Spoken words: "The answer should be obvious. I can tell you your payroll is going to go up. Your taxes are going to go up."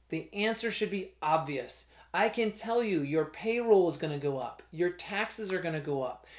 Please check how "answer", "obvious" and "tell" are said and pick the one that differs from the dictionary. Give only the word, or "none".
none